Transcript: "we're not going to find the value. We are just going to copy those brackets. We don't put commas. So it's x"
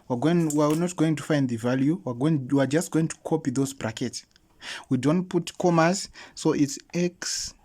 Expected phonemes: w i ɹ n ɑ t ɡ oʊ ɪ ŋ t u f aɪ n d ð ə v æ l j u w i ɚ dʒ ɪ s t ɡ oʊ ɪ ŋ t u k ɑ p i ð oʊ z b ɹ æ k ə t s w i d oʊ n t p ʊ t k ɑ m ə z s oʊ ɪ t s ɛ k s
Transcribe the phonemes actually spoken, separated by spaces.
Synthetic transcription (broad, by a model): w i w n ɑ t ɡ oʊ ɪ ŋ t u f aɪ n d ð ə v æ l j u w i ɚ dʒ ɪ s t ɡ oʊ ɪ ŋ t u k ɑ p i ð oʊ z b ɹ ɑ k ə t s w i d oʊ n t p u t k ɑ m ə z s oʊ ɪ t s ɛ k s